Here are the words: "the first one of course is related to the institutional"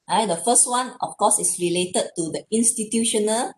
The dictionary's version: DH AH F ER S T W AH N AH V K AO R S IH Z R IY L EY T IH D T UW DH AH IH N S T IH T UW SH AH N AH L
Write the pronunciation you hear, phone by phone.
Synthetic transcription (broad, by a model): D AH F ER S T W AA N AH F K AO S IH S R IY L EY T IH D T UW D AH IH N S T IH T UW SH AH N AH L